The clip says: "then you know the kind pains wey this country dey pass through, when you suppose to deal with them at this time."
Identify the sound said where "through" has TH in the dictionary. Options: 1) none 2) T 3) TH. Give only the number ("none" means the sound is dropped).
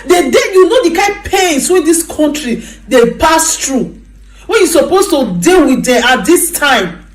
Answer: 2